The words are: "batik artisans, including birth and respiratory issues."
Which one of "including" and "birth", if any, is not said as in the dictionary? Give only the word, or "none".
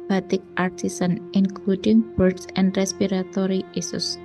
birth